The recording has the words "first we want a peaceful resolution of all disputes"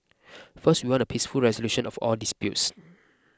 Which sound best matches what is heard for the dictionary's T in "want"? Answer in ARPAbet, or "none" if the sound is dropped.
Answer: none